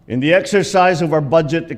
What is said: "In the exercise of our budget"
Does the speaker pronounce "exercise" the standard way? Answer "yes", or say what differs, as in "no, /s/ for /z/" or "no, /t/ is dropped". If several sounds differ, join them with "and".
yes